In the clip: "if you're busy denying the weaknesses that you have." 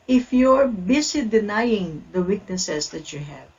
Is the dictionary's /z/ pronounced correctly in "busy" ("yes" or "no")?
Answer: no